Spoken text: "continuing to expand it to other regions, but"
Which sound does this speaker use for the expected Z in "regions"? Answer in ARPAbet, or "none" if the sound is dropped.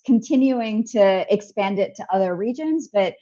Z